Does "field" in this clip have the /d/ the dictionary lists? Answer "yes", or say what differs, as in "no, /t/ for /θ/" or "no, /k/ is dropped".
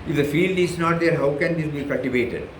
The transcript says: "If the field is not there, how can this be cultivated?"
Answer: yes